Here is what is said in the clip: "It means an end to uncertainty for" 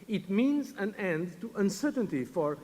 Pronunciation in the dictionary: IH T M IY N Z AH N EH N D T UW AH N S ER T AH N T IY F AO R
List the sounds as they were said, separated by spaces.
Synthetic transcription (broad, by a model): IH T M IY N Z AH N EH N D T UW AH N S ER T AH N T IY F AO R